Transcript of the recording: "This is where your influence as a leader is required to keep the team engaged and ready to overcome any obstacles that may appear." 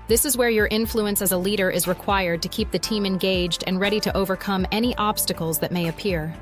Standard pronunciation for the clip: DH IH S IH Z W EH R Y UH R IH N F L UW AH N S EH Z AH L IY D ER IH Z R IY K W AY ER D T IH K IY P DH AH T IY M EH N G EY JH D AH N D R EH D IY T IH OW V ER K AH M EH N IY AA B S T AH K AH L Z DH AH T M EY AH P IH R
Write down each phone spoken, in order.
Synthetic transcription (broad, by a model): DH IH S IH Z W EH R Y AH R IH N F L UW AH N S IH Z AH L IY D ER IH Z R IY K W AY ER D T IH K IY P DH AH T IY M EH N G EY JH D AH N R EH D IY T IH OW V ER K AH M EH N IY AA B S T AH K L Z DH AH T M EY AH P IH R